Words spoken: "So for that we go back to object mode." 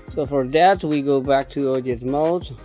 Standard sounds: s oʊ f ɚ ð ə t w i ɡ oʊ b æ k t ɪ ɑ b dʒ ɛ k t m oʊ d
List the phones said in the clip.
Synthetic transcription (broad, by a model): s oʊ f ɚ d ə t w i ɡ oʊ b æ k t ɪ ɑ dʒ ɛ t m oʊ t